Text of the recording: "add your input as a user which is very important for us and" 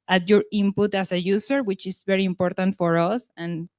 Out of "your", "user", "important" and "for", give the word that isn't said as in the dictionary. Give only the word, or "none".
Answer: user